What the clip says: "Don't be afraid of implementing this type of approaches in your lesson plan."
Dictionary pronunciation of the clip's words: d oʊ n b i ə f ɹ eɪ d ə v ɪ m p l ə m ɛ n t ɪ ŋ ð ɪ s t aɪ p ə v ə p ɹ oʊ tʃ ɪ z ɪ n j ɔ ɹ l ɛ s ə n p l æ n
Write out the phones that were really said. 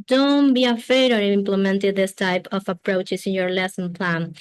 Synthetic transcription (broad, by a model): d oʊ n b i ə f eɪ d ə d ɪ m p l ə m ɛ n t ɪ ð ɪ s t aɪ p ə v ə p ɹ oʊ tʃ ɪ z ɪ n j ɔ ɹ l ɛ s ə n p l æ n